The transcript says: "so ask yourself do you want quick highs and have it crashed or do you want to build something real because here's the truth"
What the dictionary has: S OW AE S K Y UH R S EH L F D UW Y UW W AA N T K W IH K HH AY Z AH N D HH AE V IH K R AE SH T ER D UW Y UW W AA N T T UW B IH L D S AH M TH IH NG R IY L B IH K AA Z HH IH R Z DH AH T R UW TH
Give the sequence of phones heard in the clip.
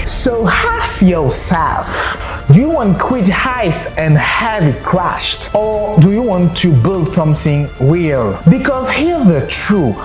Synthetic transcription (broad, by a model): S OW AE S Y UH L S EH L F D UW Y UW W AA N T K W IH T HH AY S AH N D HH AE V IH K R AE SH T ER D UW Y UW W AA N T T UW B IH L D S AH M TH IH NG W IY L B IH K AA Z HH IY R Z DH AH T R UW